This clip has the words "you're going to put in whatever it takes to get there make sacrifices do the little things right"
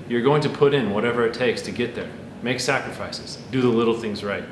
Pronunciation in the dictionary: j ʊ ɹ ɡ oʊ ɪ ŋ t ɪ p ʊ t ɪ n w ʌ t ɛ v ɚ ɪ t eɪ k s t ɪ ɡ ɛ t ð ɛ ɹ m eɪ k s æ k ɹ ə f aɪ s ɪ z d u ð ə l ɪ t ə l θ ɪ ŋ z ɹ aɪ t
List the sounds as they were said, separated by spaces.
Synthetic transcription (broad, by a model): j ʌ ɹ ɡ oʊ ɪ ŋ t ɪ p ʊ t ɪ n w ʌ t ɛ v ɚ ɪ t eɪ k s t ɪ ɡ ɛ t ð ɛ ɹ m eɪ k s æ k ɹ ə f aɪ s ɪ z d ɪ ð ə l ɪ t l θ ɪ ŋ z ɹ aɪ t